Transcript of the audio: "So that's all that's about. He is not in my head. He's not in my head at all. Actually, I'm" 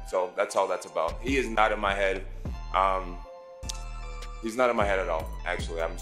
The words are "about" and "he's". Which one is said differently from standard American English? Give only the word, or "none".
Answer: none